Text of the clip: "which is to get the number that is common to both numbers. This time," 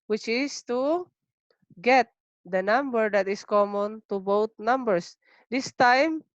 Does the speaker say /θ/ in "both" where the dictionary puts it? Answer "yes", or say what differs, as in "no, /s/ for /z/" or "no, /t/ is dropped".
no, /t/ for /θ/